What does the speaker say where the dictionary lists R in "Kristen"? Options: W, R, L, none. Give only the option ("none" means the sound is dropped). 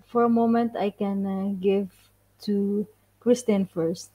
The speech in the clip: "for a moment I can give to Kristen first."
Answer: R